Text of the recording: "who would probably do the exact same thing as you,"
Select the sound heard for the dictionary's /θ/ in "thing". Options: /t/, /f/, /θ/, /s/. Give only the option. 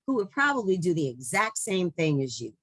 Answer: /θ/